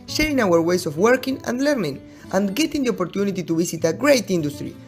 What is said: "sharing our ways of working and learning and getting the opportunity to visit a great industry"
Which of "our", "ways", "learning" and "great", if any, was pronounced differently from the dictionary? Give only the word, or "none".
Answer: ways